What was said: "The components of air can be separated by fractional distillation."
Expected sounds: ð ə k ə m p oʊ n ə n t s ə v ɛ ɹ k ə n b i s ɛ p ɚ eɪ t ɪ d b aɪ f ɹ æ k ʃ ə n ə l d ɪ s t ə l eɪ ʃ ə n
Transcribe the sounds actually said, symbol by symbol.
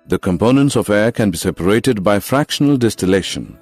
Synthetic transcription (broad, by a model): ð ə k ə m p oʊ n ə n t s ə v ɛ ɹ k ə n b i s ɛ p ɚ eɪ t ɪ d b aɪ f ɹ æ k ʃ ə n ə l d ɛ s t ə l eɪ ʃ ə n